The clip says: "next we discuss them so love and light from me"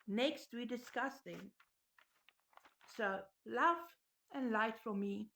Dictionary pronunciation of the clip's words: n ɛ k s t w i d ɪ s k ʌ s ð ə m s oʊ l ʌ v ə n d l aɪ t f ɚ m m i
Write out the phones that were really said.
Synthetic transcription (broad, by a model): n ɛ k s t w i d ɪ s k ʌ s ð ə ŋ s oʊ l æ f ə n l aɪ t f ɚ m m i